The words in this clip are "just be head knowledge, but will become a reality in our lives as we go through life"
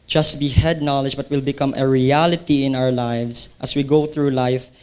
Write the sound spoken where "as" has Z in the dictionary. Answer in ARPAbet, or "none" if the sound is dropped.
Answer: S